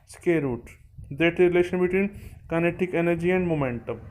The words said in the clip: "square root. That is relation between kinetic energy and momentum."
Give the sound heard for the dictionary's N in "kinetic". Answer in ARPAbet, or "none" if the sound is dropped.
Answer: N